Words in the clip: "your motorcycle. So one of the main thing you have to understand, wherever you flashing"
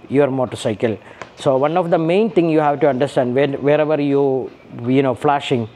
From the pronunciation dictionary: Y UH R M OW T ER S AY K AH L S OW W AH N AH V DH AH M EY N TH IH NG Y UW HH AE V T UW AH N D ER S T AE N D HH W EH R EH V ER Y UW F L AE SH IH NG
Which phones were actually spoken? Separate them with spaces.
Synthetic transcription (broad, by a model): Y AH R M OW T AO S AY K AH L S OW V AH N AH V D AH M EY N T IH NG Y UW HH AE V T UW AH N D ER S T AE N D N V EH R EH V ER Y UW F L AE SH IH NG